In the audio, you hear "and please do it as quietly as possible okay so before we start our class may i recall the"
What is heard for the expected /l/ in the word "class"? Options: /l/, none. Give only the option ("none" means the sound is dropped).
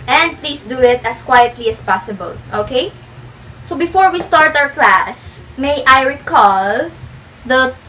/l/